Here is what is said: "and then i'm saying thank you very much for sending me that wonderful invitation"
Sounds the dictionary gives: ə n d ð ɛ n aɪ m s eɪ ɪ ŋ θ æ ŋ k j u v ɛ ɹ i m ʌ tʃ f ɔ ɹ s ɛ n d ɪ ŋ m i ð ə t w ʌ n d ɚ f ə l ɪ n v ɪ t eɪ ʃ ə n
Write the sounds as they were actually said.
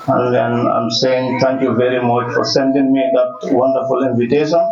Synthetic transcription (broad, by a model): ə n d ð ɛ n aɪ m s eɪ ɪ ŋ t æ ŋ k j u v ɛ ɹ i m ʌ tʃ f ɔ ɹ s ɛ n d ɪ ŋ m i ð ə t w ʌ n d ɚ f ə l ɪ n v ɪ t eɪ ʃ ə n